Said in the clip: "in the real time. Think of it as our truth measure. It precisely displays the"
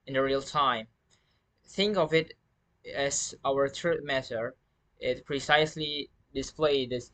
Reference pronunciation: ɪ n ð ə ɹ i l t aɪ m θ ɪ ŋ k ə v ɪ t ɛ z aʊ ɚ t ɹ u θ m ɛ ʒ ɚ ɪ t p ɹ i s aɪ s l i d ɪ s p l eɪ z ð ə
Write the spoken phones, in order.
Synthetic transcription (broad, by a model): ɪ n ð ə ɹ i l t aɪ m θ ɪ ŋ k ə v ɪ t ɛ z aʊ ɚ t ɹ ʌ t m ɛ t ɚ ɪ t p ɹ i s aɪ s l i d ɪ s p l eɪ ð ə